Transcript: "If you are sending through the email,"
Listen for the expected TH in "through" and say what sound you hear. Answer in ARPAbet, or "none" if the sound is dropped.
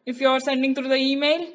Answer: T